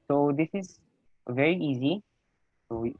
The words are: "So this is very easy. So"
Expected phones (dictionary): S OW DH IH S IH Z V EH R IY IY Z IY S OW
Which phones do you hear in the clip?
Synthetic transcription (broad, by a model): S OW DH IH S IH Z V EH R IY IY Z IY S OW